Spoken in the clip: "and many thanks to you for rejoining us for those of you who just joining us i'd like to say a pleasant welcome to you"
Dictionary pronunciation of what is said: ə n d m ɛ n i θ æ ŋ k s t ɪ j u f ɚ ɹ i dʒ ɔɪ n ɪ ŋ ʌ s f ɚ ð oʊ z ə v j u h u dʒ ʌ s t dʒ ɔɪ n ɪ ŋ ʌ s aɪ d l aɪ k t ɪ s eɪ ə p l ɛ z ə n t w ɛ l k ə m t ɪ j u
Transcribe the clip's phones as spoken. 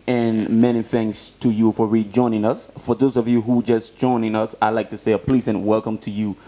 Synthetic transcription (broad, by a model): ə n m ɛ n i θ æ ŋ k s t ɪ j u f ɚ ɹ i dʒ ɔɪ n ɪ ŋ ʌ s f ɚ ð oʊ z ə v j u h u dʒ ʌ s dʒ ɔɪ n ɪ ŋ ʌ s aɪ l aɪ k t ɪ s eɪ ə p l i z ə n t w ɛ l k ə m t ɪ j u